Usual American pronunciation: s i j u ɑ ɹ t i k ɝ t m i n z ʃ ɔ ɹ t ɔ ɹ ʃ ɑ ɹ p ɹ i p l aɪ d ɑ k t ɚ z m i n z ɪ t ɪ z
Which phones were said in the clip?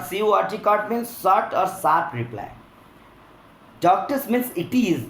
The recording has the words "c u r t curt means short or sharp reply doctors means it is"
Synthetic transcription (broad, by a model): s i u ɑ ɹ t i k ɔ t m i n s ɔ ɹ t ɔ ɹ s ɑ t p ɹ i p l aɪ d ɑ k t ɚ s m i n s ɪ t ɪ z